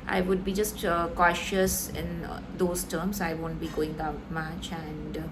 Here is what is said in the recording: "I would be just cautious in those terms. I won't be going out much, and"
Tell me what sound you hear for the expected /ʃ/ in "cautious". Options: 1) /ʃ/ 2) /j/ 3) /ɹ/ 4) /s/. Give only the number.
1